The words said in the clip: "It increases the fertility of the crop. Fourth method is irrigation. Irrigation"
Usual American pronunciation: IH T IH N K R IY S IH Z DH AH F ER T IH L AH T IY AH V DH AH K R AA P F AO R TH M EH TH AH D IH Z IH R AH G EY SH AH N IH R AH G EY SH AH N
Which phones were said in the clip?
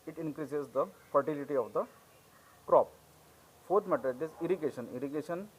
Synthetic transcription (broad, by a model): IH T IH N K R IY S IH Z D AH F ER T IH L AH T IY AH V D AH K R AA P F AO R T M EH T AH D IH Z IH R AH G EY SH AH N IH R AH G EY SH AH N